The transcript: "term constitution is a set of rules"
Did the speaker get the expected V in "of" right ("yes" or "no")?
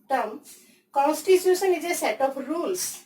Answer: no